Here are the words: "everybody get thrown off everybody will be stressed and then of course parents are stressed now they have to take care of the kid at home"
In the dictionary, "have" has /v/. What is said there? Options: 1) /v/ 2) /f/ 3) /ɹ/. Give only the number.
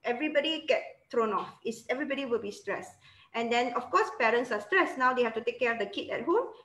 2